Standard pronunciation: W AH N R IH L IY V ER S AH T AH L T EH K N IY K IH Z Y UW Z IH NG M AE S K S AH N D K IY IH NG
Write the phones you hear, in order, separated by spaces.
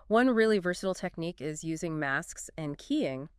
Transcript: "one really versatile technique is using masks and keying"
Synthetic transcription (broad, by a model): W AH N R IH L IY V ER S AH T L T EH K N IY K IH Z Y UW Z IH NG M AE S K S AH N K IY IH NG